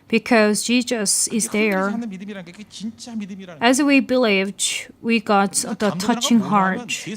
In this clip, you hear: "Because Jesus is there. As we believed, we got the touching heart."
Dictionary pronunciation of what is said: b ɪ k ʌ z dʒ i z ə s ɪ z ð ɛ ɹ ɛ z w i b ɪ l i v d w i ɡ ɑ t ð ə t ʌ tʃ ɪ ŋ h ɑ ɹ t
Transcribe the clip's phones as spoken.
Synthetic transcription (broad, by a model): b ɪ k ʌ z dʒ i z ə s ɪ z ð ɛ ɹ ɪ z w i b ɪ l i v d w i ɡ ɑ t ð ə t ʌ tʃ ɪ ŋ h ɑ ɹ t